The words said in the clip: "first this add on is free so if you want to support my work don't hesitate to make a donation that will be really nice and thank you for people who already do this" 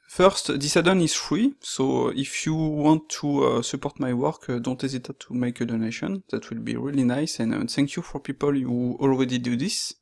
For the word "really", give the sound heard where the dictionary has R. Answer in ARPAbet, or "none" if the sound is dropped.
R